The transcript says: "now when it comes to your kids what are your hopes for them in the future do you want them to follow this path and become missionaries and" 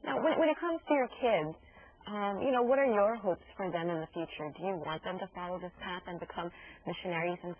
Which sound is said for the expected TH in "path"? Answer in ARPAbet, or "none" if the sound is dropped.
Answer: TH